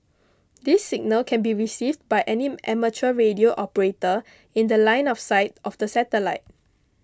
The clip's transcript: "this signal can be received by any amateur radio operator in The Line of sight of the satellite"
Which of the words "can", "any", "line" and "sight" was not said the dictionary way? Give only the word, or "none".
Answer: none